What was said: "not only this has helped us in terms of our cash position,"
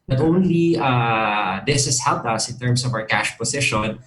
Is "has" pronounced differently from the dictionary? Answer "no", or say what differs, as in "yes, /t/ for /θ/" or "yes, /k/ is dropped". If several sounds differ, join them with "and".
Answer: yes, /s/ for /z/